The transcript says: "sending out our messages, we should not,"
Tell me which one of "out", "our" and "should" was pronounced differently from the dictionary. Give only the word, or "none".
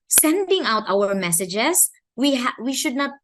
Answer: none